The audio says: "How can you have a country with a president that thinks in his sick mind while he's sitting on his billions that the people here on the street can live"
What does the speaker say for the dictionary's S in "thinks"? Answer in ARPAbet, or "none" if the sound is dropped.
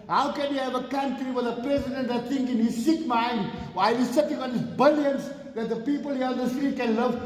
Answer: none